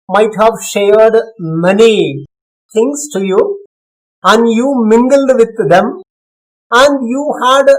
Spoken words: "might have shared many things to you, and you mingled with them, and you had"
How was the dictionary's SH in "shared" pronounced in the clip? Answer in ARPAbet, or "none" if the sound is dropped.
SH